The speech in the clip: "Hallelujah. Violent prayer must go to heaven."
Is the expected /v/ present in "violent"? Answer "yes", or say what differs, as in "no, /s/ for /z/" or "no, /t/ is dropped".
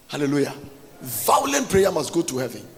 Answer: yes